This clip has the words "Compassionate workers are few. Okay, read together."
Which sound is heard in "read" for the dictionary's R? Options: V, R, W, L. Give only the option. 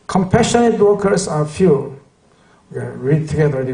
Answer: R